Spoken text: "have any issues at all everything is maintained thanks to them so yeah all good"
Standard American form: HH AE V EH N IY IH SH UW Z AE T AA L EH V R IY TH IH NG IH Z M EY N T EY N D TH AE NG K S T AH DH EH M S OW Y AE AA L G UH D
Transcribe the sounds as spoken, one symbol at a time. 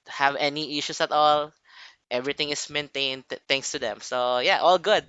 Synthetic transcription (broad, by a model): HH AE V EH N IY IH SH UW S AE T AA L EH V R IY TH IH NG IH S M EY N T EY N D T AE NG K S T AH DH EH M S OW Y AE AA L G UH D